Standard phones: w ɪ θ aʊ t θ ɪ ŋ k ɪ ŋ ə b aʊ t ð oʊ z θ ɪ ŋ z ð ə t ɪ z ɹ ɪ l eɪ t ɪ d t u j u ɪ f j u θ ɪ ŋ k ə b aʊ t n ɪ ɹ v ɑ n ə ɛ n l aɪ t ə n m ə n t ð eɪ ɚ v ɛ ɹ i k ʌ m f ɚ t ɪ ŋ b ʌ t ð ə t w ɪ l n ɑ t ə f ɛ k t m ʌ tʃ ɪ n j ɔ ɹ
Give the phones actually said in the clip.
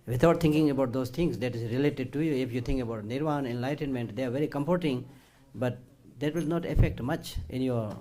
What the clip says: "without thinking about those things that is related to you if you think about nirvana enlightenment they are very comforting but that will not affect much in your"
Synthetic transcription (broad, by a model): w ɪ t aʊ t t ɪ ŋ k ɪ ŋ ə b aʊ t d oʊ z t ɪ ŋ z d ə t ɪ z ɹ ɪ l eɪ t ɪ d t u j u ɪ f j u t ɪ ŋ k ə b aʊ t n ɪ ɹ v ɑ n ɛ n l aɪ t ə n m ə n t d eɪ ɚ v ɛ ɹ i k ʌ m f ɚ t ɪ ŋ b ʌ t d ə t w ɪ l n ɑ t ə f ɛ k t m ʌ tʃ ɪ n j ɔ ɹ